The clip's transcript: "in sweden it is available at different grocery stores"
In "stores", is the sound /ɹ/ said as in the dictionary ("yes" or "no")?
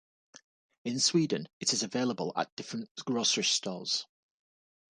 no